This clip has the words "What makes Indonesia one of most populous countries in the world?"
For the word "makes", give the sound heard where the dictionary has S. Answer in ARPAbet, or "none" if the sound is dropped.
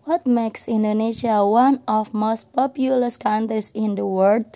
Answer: S